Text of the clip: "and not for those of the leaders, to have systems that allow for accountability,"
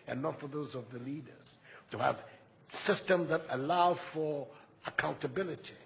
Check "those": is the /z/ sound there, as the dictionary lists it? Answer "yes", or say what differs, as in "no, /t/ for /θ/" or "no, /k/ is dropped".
yes